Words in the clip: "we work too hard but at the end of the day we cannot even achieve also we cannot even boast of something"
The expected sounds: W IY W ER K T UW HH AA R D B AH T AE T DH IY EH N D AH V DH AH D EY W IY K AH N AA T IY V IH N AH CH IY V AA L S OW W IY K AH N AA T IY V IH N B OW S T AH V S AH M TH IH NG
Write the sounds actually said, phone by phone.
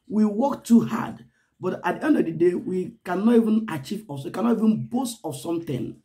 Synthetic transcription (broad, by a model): W IY W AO K T UW HH AA D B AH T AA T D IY EH N D AH V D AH D EY W IY K AH N AA T IY V IH N AH CH IY V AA S W IY K AH N AA T IY V IH N B OW S T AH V S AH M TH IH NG